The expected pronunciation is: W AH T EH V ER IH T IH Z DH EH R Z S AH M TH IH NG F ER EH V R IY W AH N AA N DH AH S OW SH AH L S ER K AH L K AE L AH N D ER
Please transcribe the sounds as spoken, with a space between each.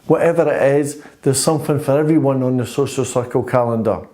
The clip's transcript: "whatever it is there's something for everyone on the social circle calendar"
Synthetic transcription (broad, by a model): W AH T EH V ER IH T IH Z DH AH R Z S AH M TH IH NG F ER EH V R IY W AH N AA N DH AH S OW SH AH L S ER K AH L K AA L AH N D ER